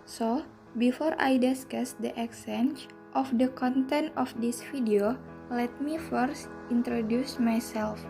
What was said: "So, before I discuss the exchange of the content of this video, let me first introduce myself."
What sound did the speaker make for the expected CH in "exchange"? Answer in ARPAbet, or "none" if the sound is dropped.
none